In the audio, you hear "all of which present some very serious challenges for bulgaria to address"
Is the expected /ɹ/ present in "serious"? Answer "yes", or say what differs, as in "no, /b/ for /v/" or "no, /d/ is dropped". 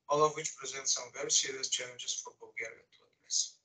no, /ɹ/ is dropped